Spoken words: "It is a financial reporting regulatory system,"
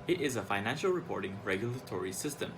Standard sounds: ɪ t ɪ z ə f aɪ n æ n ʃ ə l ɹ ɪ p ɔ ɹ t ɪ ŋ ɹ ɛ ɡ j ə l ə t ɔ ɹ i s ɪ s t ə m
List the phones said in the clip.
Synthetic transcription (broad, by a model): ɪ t ɪ z ə f aɪ n æ n ʃ ə l ɹ ɪ p ɔ ɹ t ɪ ŋ ɹ ɛ ɡ j ə l ə t ɔ ɹ i s ɪ s t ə m